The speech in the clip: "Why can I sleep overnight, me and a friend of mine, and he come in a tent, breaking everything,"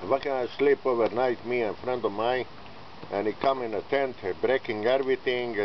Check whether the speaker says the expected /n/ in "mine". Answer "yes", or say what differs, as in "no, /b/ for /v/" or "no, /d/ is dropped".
no, /n/ is dropped